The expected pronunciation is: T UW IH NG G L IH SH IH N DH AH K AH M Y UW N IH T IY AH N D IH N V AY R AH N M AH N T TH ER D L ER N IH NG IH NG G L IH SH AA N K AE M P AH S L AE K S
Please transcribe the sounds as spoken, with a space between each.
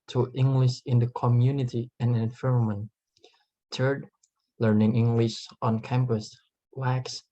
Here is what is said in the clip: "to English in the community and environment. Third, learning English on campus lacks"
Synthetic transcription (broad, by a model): T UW IH NG G L IH SH IH N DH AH K AH M Y UW N IH T IY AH N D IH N F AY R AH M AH N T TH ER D L ER N IH NG IH NG G L IH SH AA N K AE M P AH S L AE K S